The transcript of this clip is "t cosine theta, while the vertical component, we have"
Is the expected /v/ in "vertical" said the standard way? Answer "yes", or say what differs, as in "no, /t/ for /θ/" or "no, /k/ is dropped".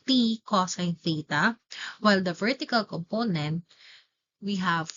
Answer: yes